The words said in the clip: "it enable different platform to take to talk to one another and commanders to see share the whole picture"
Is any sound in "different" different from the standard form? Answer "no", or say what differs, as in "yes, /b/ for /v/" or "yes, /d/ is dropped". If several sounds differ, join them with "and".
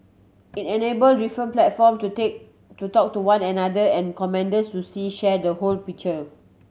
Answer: yes, /ɹ/ is dropped